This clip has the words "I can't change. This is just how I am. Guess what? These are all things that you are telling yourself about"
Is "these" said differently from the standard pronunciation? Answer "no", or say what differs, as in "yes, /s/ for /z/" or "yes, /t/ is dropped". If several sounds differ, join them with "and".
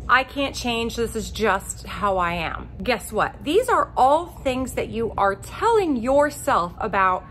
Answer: no